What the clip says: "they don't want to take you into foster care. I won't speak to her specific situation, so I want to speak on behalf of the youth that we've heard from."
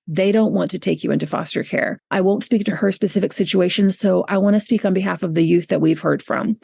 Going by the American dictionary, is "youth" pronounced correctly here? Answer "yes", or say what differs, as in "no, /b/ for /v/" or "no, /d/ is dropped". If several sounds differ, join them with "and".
yes